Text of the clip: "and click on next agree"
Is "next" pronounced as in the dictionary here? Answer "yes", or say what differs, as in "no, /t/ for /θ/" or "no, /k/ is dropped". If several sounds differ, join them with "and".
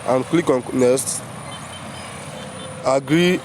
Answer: no, /k/ is dropped